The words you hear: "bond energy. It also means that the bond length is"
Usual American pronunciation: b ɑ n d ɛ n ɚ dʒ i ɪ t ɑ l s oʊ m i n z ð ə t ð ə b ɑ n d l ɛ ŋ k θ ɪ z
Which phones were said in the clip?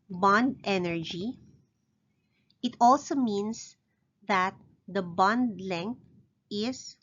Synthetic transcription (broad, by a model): b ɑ n d ɛ n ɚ dʒ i ɪ t ɑ l s oʊ m i n s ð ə t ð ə b ɑ n d l ɛ ŋ k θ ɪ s